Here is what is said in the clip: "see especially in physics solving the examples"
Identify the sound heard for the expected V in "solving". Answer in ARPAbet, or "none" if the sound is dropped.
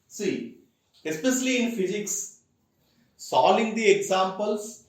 none